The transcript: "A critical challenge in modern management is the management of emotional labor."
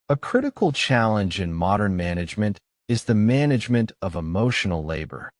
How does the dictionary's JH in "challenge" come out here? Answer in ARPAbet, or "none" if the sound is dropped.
JH